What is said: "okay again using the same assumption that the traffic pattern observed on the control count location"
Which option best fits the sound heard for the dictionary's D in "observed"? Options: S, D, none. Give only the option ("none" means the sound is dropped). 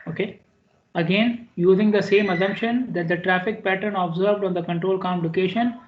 D